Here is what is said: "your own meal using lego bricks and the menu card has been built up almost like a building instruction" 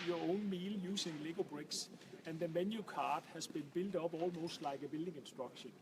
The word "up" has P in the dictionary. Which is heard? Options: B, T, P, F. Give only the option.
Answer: B